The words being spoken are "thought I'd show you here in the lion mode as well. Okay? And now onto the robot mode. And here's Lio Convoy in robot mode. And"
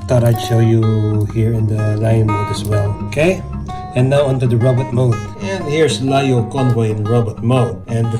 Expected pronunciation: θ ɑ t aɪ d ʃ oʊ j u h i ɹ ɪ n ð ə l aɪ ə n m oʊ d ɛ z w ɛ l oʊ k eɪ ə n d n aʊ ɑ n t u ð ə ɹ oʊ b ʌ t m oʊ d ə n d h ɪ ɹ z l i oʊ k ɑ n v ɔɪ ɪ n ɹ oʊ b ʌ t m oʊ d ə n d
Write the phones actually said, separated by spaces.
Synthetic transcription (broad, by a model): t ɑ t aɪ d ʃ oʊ j u h i ɹ ɪ n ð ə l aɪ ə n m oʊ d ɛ s w ɛ l oʊ k eɪ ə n n aʊ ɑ n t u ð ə ɹ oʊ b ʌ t m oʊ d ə n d h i ɹ s l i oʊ k ɑ n v ɔɪ ɪ n ɹ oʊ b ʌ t m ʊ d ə n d